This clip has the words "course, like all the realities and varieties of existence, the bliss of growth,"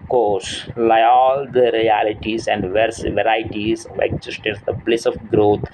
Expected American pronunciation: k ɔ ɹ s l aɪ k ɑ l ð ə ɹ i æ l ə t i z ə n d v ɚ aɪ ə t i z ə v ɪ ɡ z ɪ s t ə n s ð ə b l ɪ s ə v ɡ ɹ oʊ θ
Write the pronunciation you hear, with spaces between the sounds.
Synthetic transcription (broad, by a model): k ɔ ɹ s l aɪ ɑ l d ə ɹ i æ l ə t i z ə n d v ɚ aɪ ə t i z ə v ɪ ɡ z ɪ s t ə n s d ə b l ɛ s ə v ɡ ɹ oʊ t